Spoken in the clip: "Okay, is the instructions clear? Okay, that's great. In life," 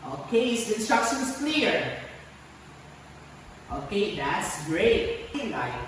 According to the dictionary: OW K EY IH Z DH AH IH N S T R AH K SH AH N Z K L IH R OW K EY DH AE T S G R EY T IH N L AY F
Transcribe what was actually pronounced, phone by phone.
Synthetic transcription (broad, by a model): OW K EY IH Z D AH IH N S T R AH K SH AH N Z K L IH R OW K EY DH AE T S G R EY IH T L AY